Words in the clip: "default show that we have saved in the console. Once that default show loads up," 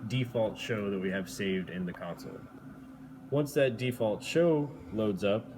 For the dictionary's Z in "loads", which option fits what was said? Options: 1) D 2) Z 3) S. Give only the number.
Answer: 2